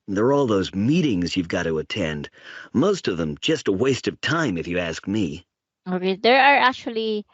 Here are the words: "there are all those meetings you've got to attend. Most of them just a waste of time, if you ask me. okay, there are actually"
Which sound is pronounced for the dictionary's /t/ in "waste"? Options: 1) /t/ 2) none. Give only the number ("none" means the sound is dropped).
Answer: 1